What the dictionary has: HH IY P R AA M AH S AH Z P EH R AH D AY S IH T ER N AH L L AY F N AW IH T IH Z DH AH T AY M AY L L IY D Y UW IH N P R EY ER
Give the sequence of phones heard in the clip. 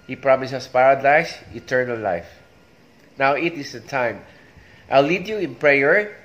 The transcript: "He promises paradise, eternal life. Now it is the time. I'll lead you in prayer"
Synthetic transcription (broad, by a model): HH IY P R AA M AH S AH S P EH R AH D AY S IH T ER N AH L L AY F N AW IH T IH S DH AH T AY M AY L L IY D Y UW IH N P R EY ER